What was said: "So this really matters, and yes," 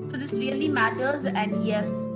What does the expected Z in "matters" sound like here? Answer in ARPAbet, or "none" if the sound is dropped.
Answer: Z